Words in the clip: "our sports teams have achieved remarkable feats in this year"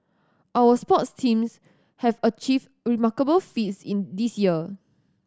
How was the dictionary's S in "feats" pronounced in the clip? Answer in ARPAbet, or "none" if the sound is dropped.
S